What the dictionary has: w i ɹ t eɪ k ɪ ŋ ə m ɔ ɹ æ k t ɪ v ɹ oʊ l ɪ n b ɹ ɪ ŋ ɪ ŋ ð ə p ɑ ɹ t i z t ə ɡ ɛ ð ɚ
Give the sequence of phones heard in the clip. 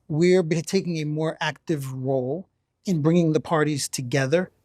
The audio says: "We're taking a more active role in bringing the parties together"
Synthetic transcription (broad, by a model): w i ɹ t eɪ k ɪ ŋ ə m ɔ ɹ æ k t ɪ v ɹ oʊ l ɪ n b ɹ ɪ ŋ ɪ ŋ ð ə p ɑ ɹ t i z t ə ɡ ɛ ð ɚ